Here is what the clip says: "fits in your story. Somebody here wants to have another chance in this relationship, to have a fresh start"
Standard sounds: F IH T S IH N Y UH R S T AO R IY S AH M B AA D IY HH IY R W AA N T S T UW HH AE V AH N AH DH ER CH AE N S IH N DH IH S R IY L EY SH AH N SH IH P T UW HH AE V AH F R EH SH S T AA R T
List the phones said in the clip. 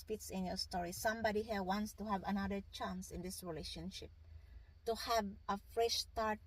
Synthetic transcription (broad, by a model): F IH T S IH N Y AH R S T AO R IY S AH M B AA D IY HH IY R W AA N T S T UW HH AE V AH N AH DH ER CH AE N S IH N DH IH S R IY L EY SH AH N SH IH P T UW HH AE V AH F R EH SH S T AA R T